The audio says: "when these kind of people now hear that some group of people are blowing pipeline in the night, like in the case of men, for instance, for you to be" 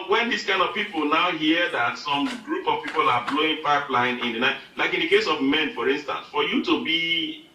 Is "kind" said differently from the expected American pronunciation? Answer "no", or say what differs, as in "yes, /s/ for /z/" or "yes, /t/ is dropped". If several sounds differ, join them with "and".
no